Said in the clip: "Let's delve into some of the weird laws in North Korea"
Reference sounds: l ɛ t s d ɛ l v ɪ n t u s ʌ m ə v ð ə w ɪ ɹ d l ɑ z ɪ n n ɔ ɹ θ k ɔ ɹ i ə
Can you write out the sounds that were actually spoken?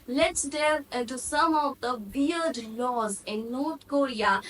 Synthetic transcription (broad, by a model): l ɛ t s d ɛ v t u s ʌ m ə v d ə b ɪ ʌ d l ɑ z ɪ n n ɔ ɹ t k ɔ ɹ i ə